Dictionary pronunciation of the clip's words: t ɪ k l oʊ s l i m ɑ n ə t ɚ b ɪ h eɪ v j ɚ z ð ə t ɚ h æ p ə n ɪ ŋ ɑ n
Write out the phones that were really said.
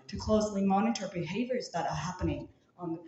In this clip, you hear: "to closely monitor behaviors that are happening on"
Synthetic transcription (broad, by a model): t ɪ k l oʊ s l i m ɑ n ə t ɚ b ɪ h eɪ v j ɚ z ð ə t ɚ h æ p ə n ɪ ŋ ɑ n